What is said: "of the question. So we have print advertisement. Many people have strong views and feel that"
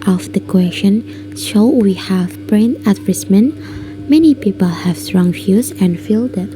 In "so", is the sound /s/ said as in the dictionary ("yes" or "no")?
no